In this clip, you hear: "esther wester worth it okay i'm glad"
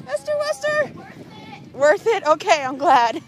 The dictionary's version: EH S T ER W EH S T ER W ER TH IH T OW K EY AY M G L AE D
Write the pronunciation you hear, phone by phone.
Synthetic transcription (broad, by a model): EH S T ER W EH S T ER W ER TH IH T OW K EY AY M G L AE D